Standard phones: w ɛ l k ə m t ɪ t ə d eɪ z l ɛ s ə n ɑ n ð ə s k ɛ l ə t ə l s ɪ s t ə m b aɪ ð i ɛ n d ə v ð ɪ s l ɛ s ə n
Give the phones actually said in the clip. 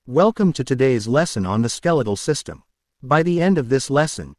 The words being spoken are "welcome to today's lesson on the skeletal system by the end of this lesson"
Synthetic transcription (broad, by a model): w ɛ l k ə m t ɪ t ə d eɪ z l ɛ s ə n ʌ n ð ə s k ɛ l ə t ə l s ɪ s t ə m b aɪ ð i ɛ n d ə v ð ɪ s l ɛ s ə n